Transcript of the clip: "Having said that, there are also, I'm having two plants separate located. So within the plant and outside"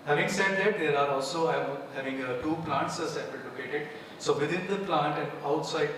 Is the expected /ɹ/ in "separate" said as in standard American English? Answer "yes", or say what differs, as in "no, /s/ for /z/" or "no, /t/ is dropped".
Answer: no, /ɹ/ is dropped